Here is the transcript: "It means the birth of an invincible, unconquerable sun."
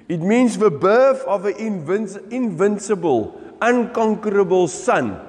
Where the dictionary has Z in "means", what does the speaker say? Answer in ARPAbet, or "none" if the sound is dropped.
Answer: S